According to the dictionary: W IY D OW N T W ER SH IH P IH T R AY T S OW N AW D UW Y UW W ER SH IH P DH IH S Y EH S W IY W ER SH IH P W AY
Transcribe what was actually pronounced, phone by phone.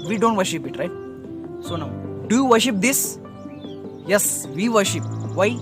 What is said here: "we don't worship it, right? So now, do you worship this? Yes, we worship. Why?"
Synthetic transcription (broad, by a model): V IY D OW N T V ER SH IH P IH T R AY T S OW N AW D UW Y UW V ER SH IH P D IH S Y EH S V IY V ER SH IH P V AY